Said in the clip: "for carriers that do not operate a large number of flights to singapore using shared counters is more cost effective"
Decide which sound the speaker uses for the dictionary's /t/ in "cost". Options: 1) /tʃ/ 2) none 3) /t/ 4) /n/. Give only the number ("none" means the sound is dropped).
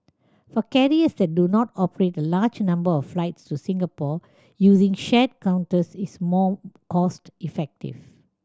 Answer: 3